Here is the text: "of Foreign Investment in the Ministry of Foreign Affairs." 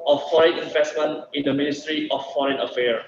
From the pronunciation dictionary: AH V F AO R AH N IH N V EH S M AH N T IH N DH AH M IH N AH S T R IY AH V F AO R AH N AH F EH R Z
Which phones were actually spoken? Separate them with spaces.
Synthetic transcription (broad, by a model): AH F F AO R AH N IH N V EH S M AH N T IH N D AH M IH N AH S T R IY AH F F AO R AH N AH F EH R